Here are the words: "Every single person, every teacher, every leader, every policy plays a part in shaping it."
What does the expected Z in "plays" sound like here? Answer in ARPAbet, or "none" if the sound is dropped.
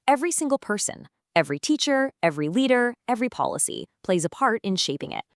Z